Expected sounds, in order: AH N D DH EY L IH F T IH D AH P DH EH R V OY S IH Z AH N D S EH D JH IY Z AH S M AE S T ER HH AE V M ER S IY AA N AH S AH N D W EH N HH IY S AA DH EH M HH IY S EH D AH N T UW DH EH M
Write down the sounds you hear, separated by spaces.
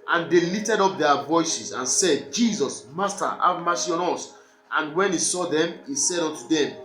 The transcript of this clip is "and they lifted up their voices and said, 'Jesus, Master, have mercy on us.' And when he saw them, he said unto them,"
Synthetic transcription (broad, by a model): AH N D EY L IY T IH D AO P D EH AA V OY S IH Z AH N S EH D JH IY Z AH S M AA S T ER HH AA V M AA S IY AA N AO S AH N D W EH N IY S AA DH EH M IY S EH D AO N T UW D EH M